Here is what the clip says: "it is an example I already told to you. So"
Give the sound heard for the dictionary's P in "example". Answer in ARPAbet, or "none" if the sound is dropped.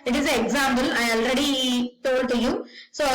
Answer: B